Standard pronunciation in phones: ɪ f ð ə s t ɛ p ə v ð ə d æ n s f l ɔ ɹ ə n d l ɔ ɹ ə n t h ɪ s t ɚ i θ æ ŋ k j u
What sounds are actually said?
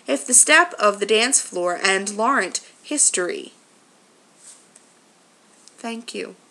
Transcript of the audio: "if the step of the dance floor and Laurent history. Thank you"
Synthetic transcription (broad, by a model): ɪ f ð ə s t ɛ p ə v ð ə d æ n s f l ɔ ɹ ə n l ɔ ɹ ə n t h ɪ s t ɚ i θ æ ŋ k j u